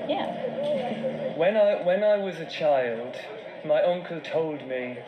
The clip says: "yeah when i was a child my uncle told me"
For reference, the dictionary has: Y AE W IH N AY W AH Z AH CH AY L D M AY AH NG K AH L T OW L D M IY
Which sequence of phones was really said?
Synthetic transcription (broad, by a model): Y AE W IH N AY W AH Z AH CH AY L D M AY AH NG K AH L T OW L D M IY